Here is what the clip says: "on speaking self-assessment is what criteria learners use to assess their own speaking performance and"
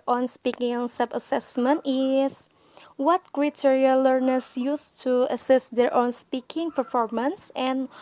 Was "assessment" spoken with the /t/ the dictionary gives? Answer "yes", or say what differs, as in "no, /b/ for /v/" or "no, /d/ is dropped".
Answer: yes